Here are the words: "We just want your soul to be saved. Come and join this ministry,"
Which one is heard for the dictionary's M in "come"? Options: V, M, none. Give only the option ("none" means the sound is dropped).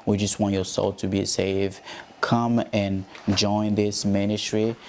M